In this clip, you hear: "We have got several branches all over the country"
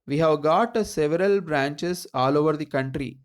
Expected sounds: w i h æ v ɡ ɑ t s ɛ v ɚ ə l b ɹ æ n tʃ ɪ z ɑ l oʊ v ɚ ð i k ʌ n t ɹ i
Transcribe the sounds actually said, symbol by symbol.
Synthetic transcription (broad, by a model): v i h æ v ɡ ɑ t s ɛ v ɚ ə l b ɹ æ n tʃ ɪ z ɑ l oʊ v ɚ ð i k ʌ n t ɹ i